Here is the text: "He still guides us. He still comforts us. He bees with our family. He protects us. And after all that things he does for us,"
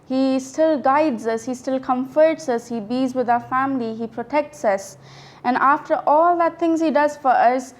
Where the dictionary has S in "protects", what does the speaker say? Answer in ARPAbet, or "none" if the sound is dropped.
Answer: S